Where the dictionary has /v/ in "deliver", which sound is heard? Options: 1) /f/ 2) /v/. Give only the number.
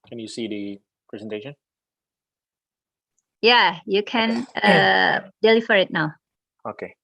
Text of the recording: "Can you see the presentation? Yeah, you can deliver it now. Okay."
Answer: 1